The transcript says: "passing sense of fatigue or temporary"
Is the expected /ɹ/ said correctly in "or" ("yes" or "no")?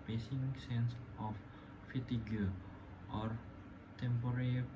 yes